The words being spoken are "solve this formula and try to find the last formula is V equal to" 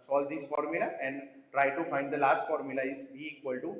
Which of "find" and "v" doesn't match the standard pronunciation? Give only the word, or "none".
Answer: v